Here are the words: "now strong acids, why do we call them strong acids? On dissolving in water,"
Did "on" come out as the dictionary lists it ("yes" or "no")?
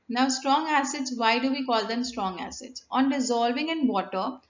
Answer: yes